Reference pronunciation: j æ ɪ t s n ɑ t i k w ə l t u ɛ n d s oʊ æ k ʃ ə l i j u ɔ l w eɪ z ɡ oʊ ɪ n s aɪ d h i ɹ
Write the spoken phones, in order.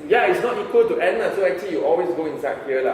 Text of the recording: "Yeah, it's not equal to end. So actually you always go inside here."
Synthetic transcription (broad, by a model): j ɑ ɪ t s n ɑ t i k w ə l t u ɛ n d s oʊ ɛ k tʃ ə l i j u ɔ l w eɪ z ɡ oʊ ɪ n s aɪ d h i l